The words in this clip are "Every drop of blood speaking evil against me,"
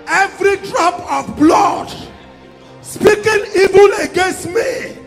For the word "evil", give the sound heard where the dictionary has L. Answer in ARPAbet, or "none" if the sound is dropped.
N